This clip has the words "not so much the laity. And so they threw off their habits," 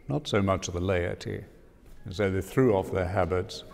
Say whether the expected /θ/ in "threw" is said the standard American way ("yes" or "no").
yes